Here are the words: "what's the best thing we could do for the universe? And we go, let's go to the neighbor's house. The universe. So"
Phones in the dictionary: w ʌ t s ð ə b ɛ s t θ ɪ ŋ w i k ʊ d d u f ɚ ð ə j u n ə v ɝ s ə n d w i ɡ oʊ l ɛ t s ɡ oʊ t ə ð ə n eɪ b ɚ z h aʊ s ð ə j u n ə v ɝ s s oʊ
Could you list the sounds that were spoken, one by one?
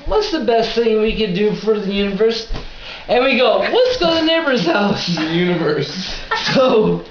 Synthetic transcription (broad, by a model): w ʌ t s ð ə b ɛ s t θ ɪ ŋ w i k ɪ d d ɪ f ɚ ð ə j u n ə v ɝ s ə n w i ɡ oʊ w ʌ t s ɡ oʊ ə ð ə n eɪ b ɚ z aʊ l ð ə j u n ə v ɝ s s oʊ